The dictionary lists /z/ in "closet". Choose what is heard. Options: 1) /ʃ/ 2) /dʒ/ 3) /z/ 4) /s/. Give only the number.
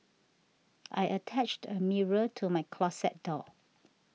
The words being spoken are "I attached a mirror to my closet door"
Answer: 4